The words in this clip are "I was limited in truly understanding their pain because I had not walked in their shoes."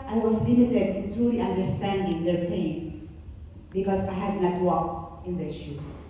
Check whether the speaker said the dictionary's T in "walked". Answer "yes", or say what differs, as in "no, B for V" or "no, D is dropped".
no, T is dropped